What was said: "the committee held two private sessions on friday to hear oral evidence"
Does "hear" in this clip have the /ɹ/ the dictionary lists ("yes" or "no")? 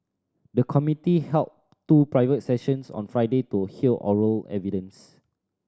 no